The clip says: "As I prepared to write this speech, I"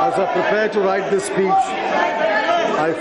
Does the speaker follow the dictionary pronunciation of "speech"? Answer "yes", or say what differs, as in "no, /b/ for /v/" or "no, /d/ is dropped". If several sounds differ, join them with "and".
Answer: no, /s/ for /tʃ/